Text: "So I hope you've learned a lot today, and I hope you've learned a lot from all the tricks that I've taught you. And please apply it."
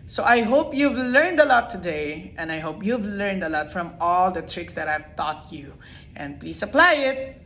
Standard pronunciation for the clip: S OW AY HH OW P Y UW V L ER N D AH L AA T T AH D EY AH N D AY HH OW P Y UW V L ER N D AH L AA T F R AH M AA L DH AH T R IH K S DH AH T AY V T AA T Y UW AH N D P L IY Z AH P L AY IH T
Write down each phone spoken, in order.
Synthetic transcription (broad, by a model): S OW AY HH OW P Y UW V L ER N D AH L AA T T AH D EY AH N D AY HH OW P Y UW V L ER N D AH L AA T F R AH M AA L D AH T R IH K S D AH T AY V T AA T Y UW AH N D P L IY S AH P L AY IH T